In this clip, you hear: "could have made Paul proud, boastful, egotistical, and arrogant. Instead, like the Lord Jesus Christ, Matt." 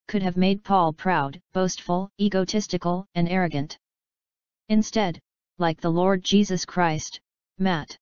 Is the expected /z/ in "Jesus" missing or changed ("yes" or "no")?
no